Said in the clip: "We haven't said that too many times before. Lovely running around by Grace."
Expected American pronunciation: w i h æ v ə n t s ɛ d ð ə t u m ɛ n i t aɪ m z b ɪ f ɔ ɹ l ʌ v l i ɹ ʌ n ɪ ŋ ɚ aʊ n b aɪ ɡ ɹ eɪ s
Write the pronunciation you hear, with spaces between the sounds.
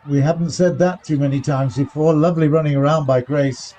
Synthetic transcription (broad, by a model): w i h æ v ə n t s ɛ d ð ə t u m ɛ n i t aɪ m z b ɪ f ɔ ɹ l ʌ v l i ɹ ʌ n ɪ ŋ ɚ aʊ n b aɪ ɡ ɹ eɪ s